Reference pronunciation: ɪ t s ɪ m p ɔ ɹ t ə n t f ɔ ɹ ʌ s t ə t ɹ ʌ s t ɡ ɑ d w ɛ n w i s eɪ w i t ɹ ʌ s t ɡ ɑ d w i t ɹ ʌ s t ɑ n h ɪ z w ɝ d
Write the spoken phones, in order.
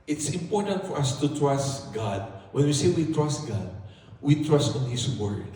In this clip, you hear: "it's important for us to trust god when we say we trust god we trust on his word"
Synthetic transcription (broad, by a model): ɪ t s ɪ m p ɔ ɹ t ə n t f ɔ ɹ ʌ s t ə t ɹ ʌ s t ɡ ɑ d w ɛ n w i s eɪ w i t ɹ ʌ s t ɡ ɑ d w i t ɹ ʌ s t ɑ n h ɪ s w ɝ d